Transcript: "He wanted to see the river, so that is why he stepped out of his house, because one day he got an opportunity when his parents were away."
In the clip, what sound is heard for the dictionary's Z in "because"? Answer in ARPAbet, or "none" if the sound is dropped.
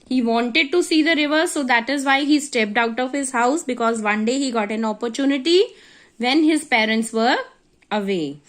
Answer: Z